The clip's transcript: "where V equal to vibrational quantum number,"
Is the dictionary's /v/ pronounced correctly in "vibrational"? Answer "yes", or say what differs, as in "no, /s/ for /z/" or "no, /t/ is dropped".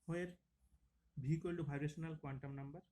no, /b/ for /v/